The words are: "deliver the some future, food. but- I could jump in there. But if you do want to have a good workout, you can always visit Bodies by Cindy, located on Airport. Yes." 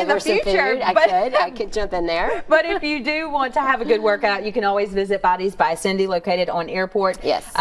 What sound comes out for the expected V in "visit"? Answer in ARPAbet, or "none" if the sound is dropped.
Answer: V